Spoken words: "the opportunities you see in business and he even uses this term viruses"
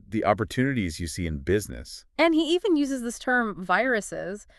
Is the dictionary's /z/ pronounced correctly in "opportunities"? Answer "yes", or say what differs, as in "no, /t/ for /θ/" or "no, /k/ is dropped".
yes